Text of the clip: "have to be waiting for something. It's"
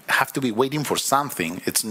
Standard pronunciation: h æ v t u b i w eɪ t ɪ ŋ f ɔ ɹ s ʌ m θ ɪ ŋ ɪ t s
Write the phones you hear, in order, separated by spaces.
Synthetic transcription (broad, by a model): h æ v t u b i w eɪ t ɪ ŋ f ɔ ɹ s ʌ m θ ɪ ŋ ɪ t s